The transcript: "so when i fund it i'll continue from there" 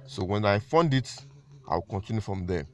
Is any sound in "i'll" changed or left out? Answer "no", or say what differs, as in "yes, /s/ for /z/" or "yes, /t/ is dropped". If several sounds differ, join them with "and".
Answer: yes, /w/ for /l/